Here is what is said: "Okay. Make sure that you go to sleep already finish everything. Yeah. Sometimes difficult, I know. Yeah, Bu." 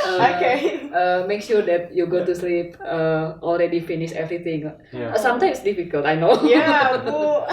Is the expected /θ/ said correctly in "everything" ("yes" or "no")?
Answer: no